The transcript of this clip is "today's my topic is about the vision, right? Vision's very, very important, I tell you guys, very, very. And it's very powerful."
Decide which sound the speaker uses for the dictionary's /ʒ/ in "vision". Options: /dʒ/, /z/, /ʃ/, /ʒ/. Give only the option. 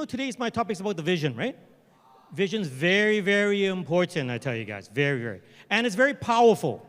/ʒ/